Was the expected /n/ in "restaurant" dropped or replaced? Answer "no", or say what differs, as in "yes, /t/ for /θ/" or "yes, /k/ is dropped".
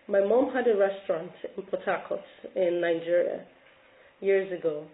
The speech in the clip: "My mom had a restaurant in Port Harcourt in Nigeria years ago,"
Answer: no